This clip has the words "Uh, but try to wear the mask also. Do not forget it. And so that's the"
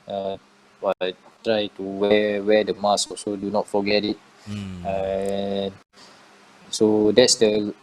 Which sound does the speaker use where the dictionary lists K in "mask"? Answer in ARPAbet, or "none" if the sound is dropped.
none